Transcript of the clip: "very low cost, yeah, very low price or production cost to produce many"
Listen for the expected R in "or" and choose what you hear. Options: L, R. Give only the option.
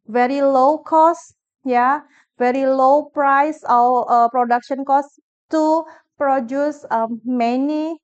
L